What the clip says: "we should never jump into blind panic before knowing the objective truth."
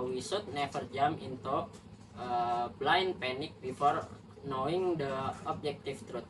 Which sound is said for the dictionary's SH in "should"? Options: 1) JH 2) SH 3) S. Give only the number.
3